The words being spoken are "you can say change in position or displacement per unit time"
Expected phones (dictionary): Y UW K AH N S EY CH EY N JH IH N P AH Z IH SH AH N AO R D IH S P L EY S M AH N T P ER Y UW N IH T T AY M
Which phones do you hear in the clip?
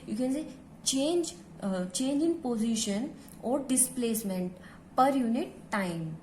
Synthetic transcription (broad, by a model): Y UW K AH N S EY CH EY N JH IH N P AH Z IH SH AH N AO R D IH S P L EY S M AH N T P ER Y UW N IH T T AY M